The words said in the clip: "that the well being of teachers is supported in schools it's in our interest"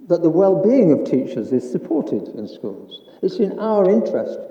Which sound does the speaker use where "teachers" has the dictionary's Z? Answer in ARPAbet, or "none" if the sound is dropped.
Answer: Z